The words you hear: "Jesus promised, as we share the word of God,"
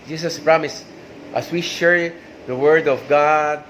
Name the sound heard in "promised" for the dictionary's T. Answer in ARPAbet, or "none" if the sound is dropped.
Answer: T